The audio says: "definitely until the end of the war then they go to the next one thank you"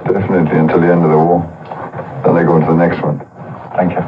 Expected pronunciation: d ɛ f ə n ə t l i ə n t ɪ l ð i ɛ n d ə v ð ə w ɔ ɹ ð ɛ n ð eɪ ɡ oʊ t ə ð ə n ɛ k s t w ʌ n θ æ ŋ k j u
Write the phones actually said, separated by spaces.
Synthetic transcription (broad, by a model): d ɛ f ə n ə t l i ə n t ɪ l ð i ɛ n d ə v ð ə w ɔ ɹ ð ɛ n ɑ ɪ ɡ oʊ t ə ð ə n ɛ k s t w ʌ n θ æ ŋ k j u